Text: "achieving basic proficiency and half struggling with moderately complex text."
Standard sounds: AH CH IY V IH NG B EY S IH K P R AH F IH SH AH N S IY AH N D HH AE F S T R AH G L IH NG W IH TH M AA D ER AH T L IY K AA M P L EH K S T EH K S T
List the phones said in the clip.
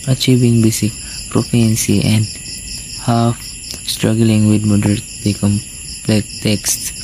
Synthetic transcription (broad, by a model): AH CH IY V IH NG B EY S IH K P R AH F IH AH N S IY AH N D HH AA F S T R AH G L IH NG W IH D M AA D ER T IY K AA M P L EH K T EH K S T